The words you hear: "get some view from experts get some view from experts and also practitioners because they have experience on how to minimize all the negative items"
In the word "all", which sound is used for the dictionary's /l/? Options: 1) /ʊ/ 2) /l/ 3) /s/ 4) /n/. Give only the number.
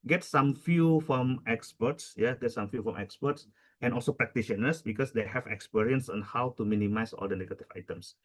2